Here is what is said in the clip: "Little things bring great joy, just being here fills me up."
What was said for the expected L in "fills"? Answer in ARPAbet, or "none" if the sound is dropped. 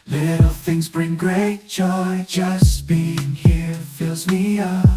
L